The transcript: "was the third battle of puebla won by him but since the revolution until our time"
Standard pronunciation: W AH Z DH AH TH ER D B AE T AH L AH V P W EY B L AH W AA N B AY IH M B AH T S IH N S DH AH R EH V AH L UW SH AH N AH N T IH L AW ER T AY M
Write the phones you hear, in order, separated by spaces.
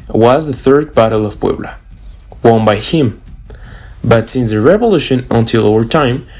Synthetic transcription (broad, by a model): W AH Z DH AH TH ER D B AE T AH L AH V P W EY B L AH W AA N B AY IH M B AH T S IH N S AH R EH V AH L UW SH AH N AH N T IH L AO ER T AY M